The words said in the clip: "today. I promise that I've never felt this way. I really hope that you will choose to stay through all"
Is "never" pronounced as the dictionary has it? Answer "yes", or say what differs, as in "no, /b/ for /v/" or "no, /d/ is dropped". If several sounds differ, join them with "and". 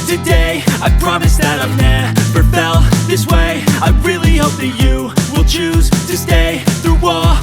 no, /p/ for /v/